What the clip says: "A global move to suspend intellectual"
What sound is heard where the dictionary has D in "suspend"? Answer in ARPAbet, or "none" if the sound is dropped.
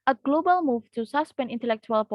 none